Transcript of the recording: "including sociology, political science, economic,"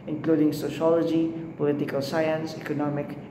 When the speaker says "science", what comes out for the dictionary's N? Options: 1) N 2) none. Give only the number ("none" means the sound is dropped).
1